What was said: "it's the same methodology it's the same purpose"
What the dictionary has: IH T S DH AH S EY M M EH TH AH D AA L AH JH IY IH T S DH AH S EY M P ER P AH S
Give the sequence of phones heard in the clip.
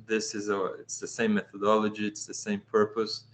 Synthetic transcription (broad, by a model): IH T S DH AH S EY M M EH TH AH D AA L AH JH IY IH T S DH AH S EY M P ER P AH S